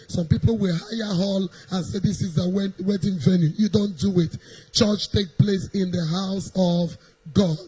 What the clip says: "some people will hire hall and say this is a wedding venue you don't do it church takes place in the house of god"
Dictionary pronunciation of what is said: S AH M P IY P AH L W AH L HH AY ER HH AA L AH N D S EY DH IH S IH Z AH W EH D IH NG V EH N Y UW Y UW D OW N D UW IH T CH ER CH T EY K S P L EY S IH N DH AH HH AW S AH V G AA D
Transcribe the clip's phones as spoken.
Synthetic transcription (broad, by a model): S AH M P IY P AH L W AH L HH AY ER HH AA L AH N S EY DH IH S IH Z AH W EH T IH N V EH N Y UW Y UW D OW N D UW IH T CH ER CH T EY K P L EY S IH N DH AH HH AW S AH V G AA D